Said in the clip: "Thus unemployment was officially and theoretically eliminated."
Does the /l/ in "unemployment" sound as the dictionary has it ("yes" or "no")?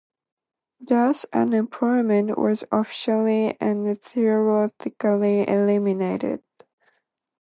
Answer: no